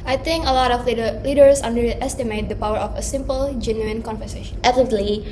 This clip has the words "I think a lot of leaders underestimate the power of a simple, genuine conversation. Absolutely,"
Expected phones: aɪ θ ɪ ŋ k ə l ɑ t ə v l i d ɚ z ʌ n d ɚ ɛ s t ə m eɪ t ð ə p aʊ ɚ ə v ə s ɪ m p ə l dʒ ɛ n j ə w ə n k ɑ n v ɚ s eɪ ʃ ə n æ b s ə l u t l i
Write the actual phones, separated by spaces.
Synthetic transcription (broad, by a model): aɪ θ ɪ ŋ k ə l ɑ t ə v l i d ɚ s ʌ n d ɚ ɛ s t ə m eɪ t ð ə p aʊ ɚ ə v ə s ɪ m p ə l dʒ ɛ n j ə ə n k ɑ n f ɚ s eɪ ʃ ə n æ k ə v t l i